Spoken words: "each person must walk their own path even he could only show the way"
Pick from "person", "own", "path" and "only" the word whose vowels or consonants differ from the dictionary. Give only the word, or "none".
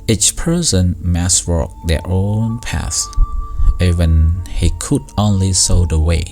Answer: path